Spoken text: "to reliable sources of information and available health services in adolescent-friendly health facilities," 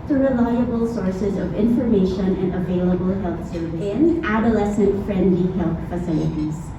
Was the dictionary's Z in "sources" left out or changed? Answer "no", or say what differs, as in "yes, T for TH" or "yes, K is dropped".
no